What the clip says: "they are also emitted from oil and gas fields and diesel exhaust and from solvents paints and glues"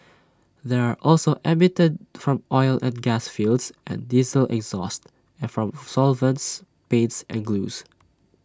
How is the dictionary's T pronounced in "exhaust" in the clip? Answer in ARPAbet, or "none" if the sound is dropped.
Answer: T